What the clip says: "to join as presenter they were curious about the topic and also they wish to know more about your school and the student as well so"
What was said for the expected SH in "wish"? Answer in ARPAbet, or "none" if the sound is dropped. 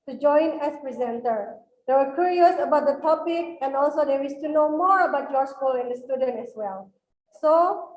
S